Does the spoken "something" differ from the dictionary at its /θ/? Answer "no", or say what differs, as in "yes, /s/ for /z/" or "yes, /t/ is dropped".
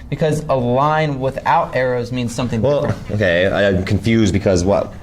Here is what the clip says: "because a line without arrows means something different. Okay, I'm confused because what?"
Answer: no